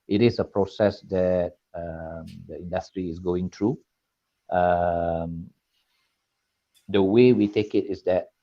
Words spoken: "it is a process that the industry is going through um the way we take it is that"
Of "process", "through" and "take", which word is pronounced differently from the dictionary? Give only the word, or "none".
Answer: through